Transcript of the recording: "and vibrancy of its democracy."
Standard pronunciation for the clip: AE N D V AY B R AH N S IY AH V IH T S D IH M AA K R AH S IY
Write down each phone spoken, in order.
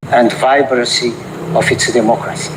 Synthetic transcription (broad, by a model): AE N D V AY B R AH S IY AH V IH T S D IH M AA K R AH S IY